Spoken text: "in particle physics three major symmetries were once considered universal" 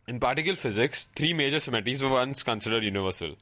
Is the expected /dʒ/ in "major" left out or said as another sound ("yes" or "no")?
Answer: no